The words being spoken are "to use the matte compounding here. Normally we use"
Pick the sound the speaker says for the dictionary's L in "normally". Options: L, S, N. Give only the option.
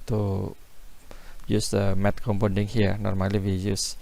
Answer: L